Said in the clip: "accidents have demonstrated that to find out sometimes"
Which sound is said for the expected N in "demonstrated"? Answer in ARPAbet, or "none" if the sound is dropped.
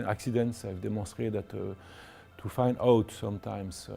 none